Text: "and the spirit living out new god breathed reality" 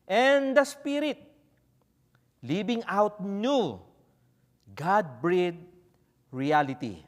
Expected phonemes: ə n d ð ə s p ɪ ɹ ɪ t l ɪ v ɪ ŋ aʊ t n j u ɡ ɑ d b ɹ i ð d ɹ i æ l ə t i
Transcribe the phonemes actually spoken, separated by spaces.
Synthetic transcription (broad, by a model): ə n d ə s p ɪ ɹ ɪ t l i b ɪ ŋ aʊ t n j u ɡ ɑ d b ɹ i d ɹ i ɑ l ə t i